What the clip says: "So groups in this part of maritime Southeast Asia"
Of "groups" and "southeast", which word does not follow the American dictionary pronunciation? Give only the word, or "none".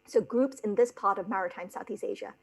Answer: none